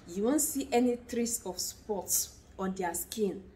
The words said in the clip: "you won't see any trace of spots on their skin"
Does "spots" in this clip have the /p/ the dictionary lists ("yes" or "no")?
yes